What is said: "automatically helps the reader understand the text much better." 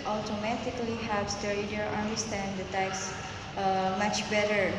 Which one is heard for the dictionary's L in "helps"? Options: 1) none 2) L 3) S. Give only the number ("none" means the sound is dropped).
1